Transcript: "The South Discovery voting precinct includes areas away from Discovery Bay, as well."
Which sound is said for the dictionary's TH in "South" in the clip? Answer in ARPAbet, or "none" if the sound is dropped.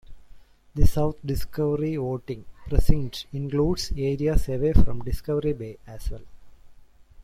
T